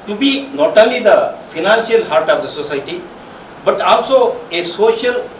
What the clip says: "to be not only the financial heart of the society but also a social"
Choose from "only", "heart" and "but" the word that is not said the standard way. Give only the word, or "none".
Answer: only